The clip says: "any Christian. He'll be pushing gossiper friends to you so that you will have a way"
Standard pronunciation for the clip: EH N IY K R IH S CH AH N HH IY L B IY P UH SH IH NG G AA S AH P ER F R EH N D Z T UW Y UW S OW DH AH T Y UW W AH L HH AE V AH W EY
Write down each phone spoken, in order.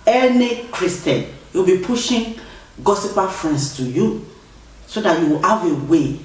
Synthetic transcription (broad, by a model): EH N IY K R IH S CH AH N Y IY W B IY P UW SH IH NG G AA S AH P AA F R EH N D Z T UW Y UW S OW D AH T Y UW W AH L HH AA V AH W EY